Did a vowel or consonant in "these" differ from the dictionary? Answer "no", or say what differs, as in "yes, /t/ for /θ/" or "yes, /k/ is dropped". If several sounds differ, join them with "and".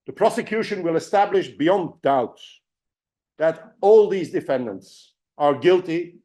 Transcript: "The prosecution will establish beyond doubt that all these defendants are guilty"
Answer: no